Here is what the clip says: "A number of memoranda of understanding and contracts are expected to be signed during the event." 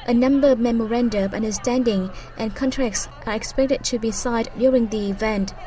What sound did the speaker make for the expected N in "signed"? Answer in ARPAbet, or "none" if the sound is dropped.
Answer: none